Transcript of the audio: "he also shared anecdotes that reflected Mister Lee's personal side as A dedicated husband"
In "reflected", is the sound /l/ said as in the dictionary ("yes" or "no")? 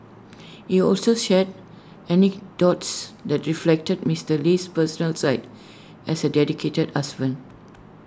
yes